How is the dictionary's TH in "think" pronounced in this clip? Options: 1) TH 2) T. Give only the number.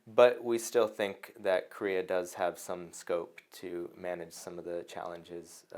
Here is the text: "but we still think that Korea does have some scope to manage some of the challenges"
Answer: 1